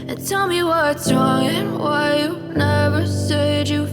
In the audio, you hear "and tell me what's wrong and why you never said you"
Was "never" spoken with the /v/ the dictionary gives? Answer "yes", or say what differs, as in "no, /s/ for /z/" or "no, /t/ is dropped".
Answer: yes